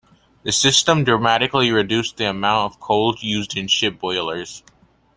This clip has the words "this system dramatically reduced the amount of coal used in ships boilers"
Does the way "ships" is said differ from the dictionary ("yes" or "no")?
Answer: yes